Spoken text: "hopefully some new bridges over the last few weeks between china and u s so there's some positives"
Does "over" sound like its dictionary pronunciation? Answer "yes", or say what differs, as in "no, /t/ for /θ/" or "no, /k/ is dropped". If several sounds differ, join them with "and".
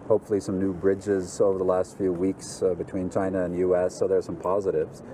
yes